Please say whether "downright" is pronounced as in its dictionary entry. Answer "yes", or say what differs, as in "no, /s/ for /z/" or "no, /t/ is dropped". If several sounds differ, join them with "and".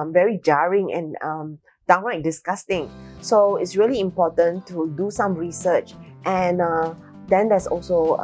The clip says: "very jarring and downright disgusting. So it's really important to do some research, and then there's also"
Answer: no, /l/ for /ɹ/